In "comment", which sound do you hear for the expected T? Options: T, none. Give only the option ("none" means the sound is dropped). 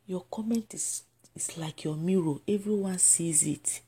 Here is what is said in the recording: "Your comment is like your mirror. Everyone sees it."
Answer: T